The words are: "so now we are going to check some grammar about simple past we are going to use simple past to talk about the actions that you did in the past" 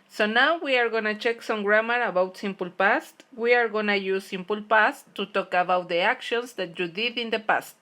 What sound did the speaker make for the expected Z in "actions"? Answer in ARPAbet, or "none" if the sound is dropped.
S